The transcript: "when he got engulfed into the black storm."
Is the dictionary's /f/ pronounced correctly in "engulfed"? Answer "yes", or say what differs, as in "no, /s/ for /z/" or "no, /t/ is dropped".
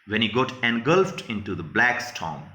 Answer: yes